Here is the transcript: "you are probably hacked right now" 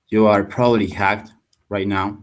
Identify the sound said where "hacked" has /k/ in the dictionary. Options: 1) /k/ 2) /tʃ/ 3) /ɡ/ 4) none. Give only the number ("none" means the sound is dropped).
1